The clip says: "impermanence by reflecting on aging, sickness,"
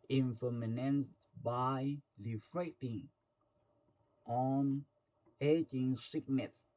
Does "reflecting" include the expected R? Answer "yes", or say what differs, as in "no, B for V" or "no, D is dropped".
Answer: no, L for R